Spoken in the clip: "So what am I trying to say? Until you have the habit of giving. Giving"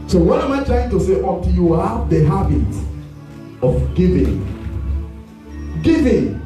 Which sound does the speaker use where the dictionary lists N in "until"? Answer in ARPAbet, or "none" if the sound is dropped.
none